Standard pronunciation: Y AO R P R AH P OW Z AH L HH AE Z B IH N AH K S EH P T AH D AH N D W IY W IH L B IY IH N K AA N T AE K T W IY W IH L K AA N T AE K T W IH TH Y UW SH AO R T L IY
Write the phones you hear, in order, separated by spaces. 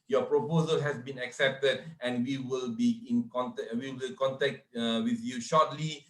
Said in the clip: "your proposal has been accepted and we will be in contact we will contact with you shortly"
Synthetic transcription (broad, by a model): Y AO P R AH P OW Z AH L HH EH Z B IH N AH K S EH P T AH D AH N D W IY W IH L B IY IH N K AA N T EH W IY W IH L K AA N T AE K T W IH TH Y UW SH AO T L IY